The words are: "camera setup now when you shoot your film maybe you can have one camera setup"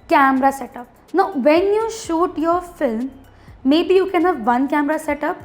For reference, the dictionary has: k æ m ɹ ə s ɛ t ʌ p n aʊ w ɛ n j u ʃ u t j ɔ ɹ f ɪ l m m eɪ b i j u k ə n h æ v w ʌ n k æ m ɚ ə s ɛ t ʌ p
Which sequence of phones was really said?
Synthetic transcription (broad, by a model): k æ m ɹ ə s ɛ t ʌ p n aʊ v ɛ n j u ʃ u t j ɔ ɹ f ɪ l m m eɪ b i j u k ə n h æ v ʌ n k æ m ɚ ə s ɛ t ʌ p